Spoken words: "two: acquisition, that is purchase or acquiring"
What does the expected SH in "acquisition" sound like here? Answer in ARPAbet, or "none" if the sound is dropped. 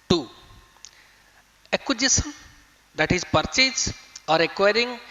S